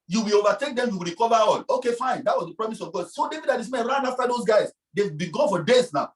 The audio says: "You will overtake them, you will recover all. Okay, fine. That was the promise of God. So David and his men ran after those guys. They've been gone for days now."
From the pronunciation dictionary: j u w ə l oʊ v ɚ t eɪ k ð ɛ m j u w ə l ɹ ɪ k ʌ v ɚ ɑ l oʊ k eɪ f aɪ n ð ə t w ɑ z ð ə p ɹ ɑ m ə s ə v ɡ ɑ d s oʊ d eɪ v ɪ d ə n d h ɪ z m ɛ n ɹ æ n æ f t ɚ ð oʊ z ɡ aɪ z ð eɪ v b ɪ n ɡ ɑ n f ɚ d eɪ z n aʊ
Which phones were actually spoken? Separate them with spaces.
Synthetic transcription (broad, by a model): j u w ə l oʊ v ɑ t eɪ k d ɛ m j u w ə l ɹ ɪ k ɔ v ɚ ɑ l oʊ k eɪ f aɪ n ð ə t w ɑ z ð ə p ɹ ɑ m ə s ə v ɡ ɑ d s oʊ d eɪ v ɪ d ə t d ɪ s m ɛ n ɹ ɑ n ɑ f t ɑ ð oʊ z ɡ aɪ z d eɪ w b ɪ ɡ ɑ n f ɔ d eɪ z n aʊ